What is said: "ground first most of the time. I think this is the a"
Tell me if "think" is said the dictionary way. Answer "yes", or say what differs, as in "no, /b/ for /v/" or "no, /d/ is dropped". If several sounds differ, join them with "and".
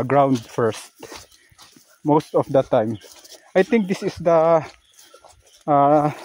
no, /t/ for /θ/